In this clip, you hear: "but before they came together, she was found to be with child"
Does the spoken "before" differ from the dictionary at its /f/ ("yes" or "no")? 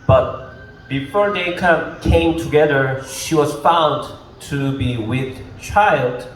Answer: no